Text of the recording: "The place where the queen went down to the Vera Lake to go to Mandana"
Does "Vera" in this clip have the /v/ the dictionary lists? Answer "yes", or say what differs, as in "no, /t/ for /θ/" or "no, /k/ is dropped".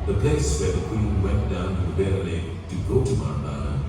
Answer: no, /b/ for /v/